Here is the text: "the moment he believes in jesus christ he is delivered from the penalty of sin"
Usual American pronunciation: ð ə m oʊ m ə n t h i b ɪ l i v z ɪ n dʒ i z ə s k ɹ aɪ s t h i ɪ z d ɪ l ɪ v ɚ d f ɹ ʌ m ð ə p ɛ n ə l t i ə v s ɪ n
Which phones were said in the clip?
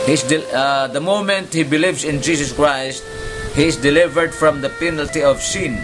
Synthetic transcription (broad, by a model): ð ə m oʊ m ə n t h i b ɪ l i v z ɪ n dʒ i s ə s k ɹ aɪ s t h i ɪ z d ɪ l ɪ v ɚ d f ɹ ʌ m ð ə p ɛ n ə l t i ə v s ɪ n